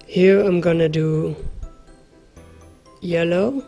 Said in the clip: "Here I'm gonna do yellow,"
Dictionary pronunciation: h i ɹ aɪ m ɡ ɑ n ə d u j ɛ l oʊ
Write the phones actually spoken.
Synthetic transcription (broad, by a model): h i ɹ aɪ m ɡ ɑ n ə d u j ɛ l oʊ